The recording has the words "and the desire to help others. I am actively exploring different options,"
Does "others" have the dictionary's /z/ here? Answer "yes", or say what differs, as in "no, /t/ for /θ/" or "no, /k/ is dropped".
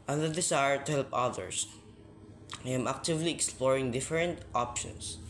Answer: no, /s/ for /z/